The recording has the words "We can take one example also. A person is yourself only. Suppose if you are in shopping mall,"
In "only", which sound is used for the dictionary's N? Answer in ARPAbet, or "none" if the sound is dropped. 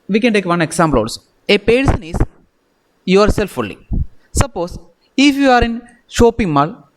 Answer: none